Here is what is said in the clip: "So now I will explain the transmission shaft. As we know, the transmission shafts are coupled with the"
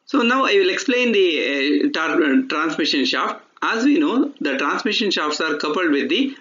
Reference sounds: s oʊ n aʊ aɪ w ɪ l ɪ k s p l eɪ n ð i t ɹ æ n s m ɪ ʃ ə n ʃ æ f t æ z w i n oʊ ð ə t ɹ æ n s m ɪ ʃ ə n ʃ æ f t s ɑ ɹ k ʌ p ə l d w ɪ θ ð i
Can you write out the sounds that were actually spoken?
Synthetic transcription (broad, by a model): s oʊ n aʊ aɪ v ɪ l ɪ k s p l eɪ n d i t ɹ æ n s m ɪ ʃ ə n ʃ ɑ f t æ z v i n oʊ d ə t ɹ æ n s m ɪ ʃ ə n ʃ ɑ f t s ɑ ɹ k ʌ p ə l d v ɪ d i